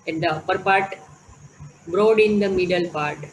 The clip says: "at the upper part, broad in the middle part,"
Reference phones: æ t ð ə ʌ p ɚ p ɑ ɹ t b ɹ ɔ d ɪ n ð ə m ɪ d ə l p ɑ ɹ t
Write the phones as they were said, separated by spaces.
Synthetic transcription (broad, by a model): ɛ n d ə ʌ p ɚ p ɑ ɹ t b ɹ ɔ d ɪ n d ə m ɪ d ə l p ɑ ɹ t